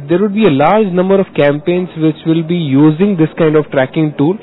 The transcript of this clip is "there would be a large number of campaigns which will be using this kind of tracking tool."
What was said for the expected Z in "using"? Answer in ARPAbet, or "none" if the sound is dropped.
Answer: Z